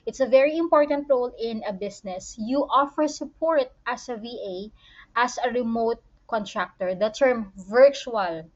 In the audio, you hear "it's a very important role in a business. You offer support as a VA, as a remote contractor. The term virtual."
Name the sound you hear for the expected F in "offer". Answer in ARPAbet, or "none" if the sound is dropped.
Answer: F